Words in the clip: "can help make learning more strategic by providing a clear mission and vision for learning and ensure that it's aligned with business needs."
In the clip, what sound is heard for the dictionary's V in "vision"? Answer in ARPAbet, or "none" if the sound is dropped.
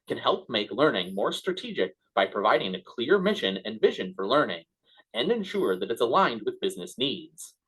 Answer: V